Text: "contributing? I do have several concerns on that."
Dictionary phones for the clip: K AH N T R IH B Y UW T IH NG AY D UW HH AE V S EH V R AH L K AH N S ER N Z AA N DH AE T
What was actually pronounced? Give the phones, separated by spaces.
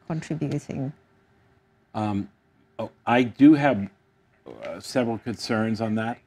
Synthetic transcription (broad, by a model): K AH N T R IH B Y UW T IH NG AY D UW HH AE V S EH V R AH L K AH N S ER N Z N DH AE T